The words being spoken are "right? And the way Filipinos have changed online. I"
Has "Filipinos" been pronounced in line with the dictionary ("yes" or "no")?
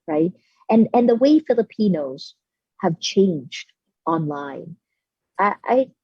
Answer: yes